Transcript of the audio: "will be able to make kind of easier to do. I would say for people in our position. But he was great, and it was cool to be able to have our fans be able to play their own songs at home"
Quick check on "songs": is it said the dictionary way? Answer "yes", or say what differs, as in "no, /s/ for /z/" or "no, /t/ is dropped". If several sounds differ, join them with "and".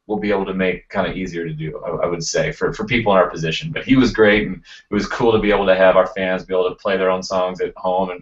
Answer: yes